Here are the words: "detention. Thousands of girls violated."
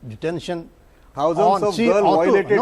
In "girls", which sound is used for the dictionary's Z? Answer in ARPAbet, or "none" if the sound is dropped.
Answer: none